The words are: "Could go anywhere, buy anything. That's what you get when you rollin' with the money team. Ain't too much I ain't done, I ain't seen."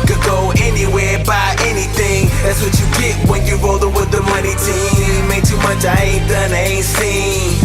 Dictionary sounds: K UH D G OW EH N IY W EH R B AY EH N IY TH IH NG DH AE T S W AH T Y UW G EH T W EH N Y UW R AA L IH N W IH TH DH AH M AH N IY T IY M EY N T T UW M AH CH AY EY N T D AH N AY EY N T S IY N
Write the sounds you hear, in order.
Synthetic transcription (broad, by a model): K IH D G OW EH N IY W EH R B AY EH N IY TH IH NG DH AE T S W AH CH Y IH G EH T W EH N Y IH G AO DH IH W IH DH AH M AH N IY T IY M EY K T T UW M AH CH AY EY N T D AH N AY EY N T S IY